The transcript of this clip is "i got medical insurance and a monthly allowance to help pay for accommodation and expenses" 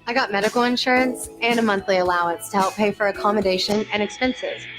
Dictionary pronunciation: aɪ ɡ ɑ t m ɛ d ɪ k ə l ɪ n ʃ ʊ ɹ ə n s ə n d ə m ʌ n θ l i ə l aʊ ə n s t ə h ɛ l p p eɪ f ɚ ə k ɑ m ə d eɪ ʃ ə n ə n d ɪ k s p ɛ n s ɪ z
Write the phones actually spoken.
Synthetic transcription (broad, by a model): aɪ ɡ ɑ t m ɛ d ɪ k l ɪ n ʃ ʊ ɹ ə n s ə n ə m ʌ n θ l i ə l aʊ ə n s t ə h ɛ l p p eɪ f ɚ ə k ɑ m ə d eɪ ʃ ə n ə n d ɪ k s p ɛ n s ɪ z